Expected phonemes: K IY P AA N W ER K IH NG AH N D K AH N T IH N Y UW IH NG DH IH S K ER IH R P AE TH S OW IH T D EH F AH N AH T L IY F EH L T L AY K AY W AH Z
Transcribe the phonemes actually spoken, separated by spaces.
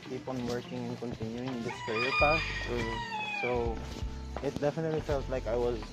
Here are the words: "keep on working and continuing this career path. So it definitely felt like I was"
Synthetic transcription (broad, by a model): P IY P AA N W ER K IH NG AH N K AH N T IH N Y UW IH NG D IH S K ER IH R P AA S S OW IH T D EH F AH N AH T L IY F EH L T L AY K AY W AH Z